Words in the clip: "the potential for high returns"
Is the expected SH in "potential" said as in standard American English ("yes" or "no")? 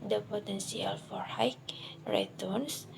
no